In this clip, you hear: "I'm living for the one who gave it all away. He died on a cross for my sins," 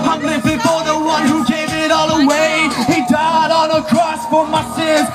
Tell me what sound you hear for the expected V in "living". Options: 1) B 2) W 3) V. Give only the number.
1